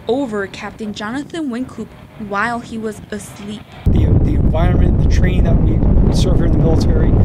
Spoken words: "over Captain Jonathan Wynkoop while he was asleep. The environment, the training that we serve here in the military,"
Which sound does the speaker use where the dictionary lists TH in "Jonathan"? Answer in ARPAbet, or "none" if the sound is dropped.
TH